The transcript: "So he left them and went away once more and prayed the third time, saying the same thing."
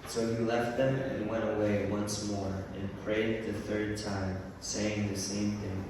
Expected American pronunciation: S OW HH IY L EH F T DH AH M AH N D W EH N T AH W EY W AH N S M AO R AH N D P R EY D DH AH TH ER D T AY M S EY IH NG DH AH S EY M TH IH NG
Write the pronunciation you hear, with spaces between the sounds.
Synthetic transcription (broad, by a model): S OW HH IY L EH F T DH AH M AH N W EH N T AH W EY W AH N S M AO R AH N P R EY D DH AH TH ER D T AY M S EY IH NG DH AH S EY M TH IH NG